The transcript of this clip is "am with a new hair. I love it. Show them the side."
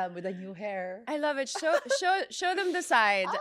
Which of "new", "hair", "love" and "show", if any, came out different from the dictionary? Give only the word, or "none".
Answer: none